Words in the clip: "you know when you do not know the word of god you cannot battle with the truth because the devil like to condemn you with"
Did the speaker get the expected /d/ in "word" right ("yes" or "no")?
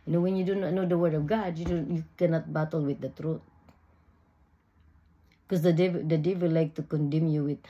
no